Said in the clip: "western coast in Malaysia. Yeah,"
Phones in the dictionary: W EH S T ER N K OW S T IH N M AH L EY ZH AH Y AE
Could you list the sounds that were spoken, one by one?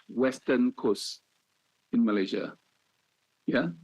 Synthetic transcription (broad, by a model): W EH S T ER N K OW S IH N M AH L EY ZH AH Y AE